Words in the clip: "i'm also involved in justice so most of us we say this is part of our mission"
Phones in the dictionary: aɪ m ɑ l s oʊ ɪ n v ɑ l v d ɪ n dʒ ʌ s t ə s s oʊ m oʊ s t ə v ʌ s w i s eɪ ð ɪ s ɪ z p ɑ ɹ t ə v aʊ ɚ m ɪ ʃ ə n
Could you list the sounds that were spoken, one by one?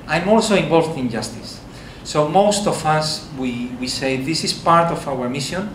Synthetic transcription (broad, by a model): aɪ m ɑ l s oʊ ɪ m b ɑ l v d ɪ n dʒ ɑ s t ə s s oʊ m oʊ s t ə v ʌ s w i s eɪ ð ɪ s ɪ s p ɑ ɹ t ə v aʊ ɚ m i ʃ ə n